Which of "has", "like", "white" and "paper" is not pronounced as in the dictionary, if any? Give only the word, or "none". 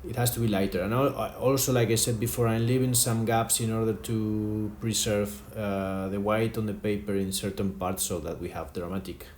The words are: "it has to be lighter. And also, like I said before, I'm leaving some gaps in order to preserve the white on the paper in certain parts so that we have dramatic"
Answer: has